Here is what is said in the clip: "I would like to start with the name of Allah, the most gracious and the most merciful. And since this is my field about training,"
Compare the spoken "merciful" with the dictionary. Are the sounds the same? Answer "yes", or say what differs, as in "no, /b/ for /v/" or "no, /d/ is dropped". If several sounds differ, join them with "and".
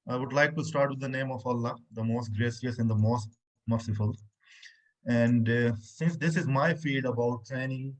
yes